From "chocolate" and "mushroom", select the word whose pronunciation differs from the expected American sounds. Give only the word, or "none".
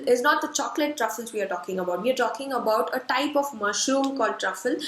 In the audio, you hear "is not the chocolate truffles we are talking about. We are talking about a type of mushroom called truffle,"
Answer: mushroom